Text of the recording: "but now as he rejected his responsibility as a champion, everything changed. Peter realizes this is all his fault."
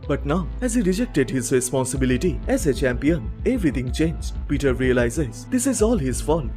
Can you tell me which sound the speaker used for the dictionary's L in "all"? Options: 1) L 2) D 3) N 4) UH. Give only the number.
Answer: 1